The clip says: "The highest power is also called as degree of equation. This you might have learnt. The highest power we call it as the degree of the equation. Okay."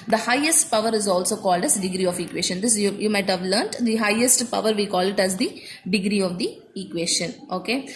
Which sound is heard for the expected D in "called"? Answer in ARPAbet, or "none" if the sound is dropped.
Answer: D